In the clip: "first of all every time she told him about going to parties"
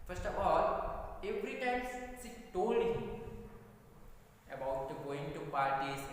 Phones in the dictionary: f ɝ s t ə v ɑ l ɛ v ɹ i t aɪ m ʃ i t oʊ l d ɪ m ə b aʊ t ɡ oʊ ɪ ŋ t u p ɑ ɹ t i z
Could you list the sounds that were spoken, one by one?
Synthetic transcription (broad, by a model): f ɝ s t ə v ɑ l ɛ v ɹ i t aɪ m s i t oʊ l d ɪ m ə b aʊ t ɡ oʊ ɪ ŋ t u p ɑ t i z